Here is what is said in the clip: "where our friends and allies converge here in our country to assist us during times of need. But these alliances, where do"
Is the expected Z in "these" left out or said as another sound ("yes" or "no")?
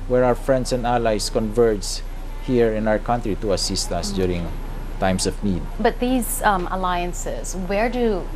no